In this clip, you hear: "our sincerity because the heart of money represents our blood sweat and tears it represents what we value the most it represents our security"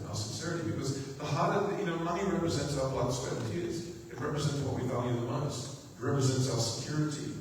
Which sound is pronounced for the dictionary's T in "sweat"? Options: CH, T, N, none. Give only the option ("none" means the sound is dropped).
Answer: none